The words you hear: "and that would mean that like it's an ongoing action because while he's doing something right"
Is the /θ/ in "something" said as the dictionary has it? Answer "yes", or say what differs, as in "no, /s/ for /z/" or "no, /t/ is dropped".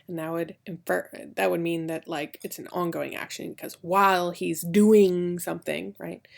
yes